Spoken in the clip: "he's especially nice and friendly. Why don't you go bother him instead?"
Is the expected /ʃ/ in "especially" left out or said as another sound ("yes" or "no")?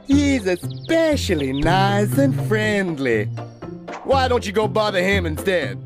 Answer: no